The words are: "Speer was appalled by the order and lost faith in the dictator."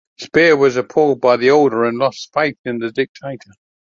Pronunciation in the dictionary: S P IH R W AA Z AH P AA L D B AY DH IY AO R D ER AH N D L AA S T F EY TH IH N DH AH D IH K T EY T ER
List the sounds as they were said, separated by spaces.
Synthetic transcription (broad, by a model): S P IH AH W AA Z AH P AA L D B AY DH IY AO L D ER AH N L AA S T F EY TH IH N DH AH D IH K T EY T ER